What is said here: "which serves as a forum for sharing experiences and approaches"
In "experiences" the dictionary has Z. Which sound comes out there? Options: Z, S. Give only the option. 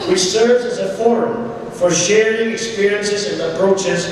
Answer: Z